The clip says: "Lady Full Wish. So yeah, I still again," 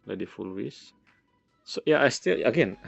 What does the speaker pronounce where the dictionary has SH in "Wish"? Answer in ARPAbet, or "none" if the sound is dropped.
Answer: S